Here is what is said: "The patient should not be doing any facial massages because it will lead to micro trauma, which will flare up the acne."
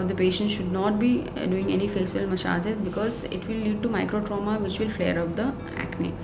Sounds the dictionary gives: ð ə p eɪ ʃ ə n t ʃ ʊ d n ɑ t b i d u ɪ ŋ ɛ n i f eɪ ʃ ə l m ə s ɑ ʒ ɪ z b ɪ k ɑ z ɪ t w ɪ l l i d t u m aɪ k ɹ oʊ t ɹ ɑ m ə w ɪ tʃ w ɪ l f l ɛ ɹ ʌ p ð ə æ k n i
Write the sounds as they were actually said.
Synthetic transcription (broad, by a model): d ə p eɪ ʃ ə n t ʃ ʊ d n ɑ t b i d u ɪ ŋ ɛ n i f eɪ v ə l m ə ʃ ɑ z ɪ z b ɪ k ɑ z ɪ t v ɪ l l i d t u m aɪ k ɹ oʊ t ɹ ɑ m ə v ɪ tʃ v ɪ l f l ɛ ɹ ʌ p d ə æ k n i